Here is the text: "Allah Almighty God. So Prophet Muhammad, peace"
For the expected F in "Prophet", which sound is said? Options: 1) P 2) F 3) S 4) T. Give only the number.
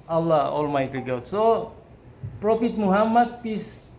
1